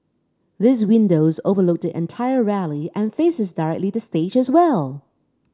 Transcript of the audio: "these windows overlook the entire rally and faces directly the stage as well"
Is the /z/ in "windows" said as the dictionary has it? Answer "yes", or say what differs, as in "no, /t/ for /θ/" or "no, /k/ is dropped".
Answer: yes